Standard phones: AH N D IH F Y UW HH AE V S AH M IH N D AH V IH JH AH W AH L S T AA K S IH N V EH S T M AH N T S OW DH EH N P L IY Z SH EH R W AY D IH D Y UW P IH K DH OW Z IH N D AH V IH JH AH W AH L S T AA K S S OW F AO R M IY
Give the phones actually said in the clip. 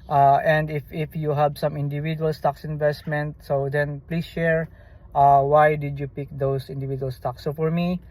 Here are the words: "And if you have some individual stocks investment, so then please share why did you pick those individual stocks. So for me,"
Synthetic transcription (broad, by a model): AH N D IH F Y UW HH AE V S AH M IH N D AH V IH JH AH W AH L S T AA K S IH N V EH S T M AH N T S OW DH EH N P L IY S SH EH R W AY D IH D Y UW P IH K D OW S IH N D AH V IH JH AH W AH L S T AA K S S OW F AO R M IY